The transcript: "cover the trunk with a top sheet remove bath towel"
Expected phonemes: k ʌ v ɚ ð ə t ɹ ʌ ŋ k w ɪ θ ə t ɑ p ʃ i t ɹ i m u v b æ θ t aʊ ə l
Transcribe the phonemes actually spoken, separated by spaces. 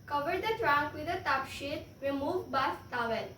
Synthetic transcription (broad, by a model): k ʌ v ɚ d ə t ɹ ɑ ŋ k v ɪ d ə t ɑ p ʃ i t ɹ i m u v b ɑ s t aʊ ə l